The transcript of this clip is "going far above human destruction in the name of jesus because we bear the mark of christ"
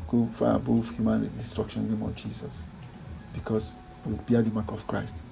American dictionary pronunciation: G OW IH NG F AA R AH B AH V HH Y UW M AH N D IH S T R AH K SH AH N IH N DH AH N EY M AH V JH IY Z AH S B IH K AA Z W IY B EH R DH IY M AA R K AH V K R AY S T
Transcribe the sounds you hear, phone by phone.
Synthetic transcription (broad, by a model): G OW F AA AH B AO F HH Y UW M AH N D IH S T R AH K SH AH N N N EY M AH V JH IY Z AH S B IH K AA S W IY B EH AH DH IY M AA K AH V K R AY S T